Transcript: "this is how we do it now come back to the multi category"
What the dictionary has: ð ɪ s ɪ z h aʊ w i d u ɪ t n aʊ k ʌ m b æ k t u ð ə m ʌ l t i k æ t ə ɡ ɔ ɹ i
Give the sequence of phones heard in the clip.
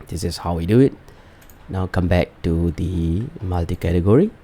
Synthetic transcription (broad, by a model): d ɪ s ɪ s h aʊ w i d u ɪ t n aʊ k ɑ m b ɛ k t u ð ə m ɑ l t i k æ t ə ɡ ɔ ɹ i